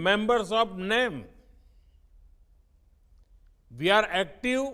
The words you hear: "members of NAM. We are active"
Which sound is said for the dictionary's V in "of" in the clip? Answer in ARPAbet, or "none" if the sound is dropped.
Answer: P